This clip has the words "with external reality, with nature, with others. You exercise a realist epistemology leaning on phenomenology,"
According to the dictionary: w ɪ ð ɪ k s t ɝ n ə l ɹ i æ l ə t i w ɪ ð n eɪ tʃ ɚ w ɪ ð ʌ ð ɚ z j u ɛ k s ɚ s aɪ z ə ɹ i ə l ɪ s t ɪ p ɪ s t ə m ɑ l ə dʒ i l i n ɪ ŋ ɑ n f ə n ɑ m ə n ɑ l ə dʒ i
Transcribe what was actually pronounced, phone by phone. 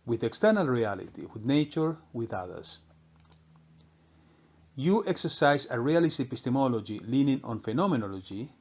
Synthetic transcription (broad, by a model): w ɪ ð ɪ k s t ɝ n ə l ɹ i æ l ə t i w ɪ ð n eɪ tʃ ɚ w ɪ ð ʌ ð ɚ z j u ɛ k s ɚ s aɪ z ə ɹ i ə l ɪ s t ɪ p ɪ s t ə m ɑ l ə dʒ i l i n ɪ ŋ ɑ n f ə n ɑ m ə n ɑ l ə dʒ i